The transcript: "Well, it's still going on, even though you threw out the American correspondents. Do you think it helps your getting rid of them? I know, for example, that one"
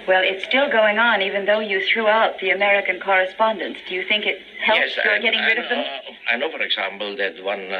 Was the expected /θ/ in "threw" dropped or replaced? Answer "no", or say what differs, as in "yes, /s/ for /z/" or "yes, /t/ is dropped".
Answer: no